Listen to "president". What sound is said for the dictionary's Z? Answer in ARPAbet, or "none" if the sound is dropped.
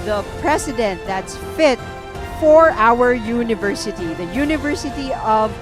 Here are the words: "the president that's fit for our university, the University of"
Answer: S